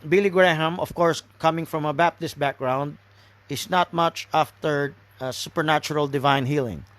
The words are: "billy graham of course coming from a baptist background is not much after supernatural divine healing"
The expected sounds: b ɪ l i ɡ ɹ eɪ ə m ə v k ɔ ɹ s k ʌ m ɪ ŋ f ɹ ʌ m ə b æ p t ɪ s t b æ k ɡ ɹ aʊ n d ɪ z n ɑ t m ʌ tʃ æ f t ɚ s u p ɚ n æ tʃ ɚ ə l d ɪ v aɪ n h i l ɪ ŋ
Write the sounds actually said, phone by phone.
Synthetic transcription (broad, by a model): b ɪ l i ɡ ɹ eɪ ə m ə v k ɔ ɹ s k ʌ m ɪ ŋ f ɹ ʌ m ə b æ p t ɪ s t b æ k ɡ ɹ aʊ n d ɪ s n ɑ t m ʌ tʃ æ f t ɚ s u p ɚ n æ tʃ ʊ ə l d ɪ v aɪ n h i l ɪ ŋ